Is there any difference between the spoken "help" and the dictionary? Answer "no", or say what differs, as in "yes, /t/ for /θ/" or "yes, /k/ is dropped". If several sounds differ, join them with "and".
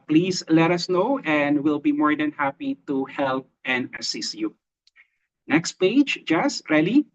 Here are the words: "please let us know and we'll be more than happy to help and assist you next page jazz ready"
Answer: no